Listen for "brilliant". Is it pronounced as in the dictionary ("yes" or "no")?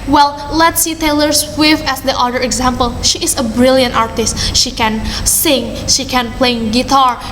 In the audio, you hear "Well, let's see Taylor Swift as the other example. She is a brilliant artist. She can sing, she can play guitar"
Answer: yes